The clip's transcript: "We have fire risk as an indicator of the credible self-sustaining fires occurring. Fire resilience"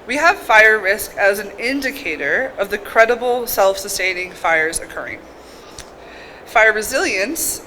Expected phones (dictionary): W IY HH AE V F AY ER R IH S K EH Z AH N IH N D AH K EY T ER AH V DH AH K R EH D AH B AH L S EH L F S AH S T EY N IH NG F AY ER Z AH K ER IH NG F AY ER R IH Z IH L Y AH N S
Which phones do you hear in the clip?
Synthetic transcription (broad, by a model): W IY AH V F AY ER R IH S K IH Z N IH N D AH K EY T ER AH V DH AH K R EH D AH B L S EH L F S AH S T EY N IH NG F AY ER Z AH K ER IH NG F AY ER R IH Z IH L Y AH N S